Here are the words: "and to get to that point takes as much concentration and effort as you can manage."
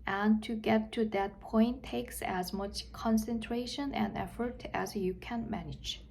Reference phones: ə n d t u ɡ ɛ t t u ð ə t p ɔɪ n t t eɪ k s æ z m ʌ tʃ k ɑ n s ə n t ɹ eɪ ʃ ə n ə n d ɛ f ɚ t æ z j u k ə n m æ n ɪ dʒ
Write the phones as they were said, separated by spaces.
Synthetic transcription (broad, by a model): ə n t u ɡ ɛ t t u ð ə t p ɔɪ n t t eɪ k s æ z m ʌ tʃ k ɑ n s ə n t ɹ eɪ ʃ ə n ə n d ɛ f ɚ t æ z j u k ə n m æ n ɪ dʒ